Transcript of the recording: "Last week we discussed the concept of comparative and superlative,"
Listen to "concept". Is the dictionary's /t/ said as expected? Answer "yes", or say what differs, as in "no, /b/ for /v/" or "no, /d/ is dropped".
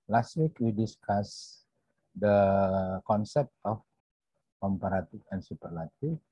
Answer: yes